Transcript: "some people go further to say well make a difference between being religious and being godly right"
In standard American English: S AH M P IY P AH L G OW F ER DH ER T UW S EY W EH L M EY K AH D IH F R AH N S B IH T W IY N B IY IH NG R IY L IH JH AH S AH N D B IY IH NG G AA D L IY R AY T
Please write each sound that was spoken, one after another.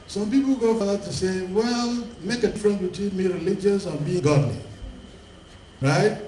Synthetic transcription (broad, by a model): S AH M P IY P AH L G OW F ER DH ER T UW S EY W EH L M EY K AH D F R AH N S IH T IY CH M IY R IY L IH JH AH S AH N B IY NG G AA D L IY R AY T